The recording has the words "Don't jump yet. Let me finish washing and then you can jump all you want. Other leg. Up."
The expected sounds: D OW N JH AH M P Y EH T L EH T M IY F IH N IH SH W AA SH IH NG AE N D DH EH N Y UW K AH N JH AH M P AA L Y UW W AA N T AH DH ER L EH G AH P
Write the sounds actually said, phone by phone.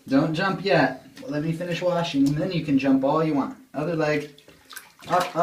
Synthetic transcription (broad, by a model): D OW N JH AH M P Y EH T L EH T M IY F IH N IH SH W AA SH IH NG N DH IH N Y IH K AH N JH AH M P AA L Y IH W AA N T AH DH ER L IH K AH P